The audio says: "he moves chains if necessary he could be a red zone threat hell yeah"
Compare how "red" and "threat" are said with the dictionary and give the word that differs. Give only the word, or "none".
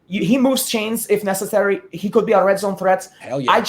none